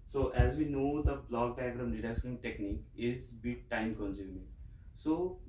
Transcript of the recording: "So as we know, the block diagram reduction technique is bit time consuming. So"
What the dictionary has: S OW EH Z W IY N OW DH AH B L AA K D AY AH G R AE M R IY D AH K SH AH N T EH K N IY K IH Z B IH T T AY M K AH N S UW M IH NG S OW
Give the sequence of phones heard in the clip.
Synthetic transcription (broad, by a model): S OW EH Z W IY N OW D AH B L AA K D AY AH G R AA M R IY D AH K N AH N T EH K N IY K IH Z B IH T T AY M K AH N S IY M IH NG S OW